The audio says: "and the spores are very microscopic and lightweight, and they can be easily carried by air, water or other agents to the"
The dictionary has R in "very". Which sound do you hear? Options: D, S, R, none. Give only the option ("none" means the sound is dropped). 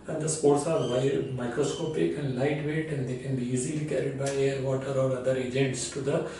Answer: none